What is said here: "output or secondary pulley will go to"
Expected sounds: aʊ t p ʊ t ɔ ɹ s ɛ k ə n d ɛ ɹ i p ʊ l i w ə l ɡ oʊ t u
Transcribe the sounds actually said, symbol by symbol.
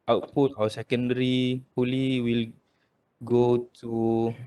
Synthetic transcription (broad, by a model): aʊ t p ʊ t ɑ w s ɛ k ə n d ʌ ɹ i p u l i w ə l ɡ oʊ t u